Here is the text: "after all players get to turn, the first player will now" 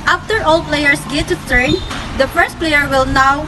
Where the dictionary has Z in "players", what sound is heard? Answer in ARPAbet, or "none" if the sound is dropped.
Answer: S